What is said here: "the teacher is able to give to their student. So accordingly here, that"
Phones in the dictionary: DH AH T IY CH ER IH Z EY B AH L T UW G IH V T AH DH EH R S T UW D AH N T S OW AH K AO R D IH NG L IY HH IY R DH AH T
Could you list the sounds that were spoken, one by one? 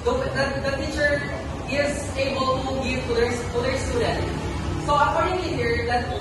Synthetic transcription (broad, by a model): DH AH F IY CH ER IH Z EY B AH L T UW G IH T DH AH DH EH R S T UW D AH N T S OW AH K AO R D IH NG IY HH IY R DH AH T